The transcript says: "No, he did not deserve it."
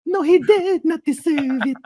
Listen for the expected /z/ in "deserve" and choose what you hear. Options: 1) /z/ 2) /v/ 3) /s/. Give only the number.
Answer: 3